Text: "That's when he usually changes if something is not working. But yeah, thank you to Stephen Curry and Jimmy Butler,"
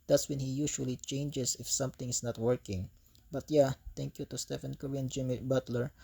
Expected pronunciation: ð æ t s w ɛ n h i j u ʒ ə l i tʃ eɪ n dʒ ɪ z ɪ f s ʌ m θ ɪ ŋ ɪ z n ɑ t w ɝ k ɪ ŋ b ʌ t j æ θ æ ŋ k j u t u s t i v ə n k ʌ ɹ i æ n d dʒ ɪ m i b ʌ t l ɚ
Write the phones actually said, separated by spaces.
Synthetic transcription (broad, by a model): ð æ t s w ɛ n h i j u ʃ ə l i tʃ eɪ n dʒ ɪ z ɪ f s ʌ m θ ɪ ŋ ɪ s n ɑ t w ɝ k ɪ ŋ b ʌ t j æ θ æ ŋ k j u t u s t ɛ f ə n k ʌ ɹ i n dʒ ɪ m i b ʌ t l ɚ